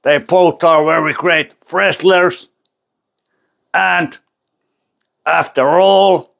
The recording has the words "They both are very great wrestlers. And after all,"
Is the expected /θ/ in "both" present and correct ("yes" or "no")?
no